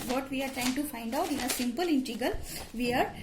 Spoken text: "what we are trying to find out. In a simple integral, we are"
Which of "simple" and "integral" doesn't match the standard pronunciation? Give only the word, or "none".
integral